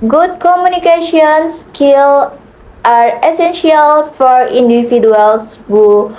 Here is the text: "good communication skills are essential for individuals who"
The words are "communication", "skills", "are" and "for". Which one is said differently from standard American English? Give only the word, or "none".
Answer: skills